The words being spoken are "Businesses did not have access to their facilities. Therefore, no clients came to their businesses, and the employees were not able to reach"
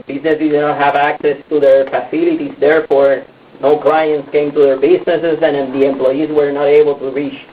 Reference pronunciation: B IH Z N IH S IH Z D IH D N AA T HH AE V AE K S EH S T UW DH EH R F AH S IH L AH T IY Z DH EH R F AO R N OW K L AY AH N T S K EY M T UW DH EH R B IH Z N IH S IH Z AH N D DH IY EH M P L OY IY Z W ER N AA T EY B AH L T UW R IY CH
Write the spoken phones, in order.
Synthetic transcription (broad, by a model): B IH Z N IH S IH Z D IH N AA T HH AE V AE K S EH S T UW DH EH R F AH S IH L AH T IY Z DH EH R F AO R N OW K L AY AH N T S K EY M T UW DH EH R B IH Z N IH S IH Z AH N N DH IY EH M P L OY IY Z W ER N AA T EY B AH L T UW R IY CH